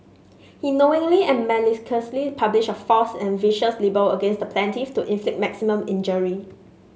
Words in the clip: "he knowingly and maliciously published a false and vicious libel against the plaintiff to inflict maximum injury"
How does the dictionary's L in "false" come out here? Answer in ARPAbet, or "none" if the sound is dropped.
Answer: none